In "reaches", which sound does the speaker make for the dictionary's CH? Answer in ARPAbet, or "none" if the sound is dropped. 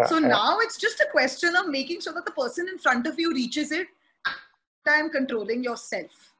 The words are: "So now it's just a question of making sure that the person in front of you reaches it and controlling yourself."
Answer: CH